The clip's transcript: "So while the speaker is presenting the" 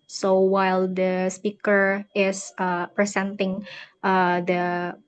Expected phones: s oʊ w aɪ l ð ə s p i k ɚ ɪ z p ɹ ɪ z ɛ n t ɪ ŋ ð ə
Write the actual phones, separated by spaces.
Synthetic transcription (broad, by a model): s oʊ w aɪ l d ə s p i k ɚ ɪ s p ɹ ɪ s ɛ n t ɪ ŋ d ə